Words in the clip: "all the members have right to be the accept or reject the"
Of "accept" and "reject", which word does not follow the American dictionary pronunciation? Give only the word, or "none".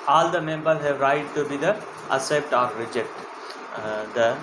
accept